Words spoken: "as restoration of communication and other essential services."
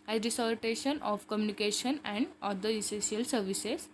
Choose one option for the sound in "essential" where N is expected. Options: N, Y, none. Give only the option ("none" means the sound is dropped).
none